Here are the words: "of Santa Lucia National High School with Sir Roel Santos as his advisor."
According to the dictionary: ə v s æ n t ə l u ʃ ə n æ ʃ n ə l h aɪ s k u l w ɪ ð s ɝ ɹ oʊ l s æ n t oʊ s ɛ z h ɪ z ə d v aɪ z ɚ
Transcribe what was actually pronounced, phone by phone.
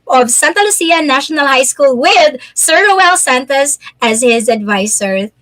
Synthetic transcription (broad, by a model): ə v s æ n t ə l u s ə n æ ʃ n ə l h aɪ s k u l w ɪ ð s ɝ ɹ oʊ l s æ n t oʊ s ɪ z h ɪ z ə d v aɪ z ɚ